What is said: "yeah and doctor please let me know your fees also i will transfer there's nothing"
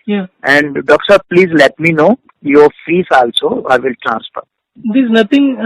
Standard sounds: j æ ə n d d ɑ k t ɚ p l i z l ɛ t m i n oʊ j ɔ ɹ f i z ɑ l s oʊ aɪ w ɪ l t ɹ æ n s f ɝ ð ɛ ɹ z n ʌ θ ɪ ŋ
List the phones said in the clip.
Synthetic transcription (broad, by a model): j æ ə n d d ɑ k s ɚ p l i z l ɛ t m i n oʊ j ɔ ɹ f i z ɑ l s oʊ aɪ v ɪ l t ɹ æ n s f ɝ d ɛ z n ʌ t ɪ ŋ